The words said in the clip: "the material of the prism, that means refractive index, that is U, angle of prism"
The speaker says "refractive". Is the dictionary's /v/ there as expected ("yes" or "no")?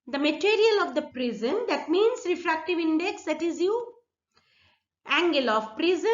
yes